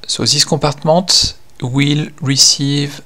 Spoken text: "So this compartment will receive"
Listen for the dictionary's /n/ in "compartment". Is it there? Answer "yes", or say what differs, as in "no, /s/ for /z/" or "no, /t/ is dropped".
no, /n/ is dropped